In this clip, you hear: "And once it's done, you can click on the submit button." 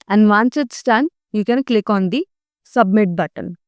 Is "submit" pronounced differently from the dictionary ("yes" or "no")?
no